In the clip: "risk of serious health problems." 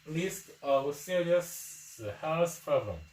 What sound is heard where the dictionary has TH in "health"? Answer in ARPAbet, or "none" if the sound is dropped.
S